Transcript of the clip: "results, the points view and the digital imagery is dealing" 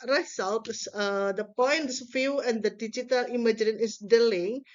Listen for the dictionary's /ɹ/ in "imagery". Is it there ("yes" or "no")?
no